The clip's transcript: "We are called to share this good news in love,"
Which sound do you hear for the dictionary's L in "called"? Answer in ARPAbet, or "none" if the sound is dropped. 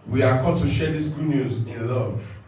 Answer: none